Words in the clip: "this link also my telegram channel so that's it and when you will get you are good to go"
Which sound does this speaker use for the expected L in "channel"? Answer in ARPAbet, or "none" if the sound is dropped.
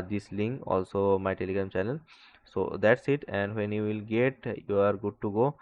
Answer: N